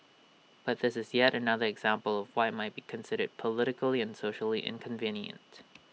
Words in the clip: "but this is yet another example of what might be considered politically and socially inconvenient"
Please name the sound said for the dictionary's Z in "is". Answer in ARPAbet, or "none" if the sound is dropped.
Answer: Z